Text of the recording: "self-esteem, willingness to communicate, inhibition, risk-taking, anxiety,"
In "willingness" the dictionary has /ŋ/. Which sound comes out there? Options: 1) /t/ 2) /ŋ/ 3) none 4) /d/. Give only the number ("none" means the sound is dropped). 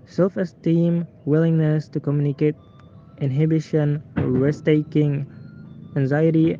2